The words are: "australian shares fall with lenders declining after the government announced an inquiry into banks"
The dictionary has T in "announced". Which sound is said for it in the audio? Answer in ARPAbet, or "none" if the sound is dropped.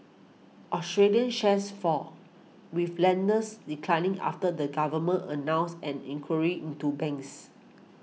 none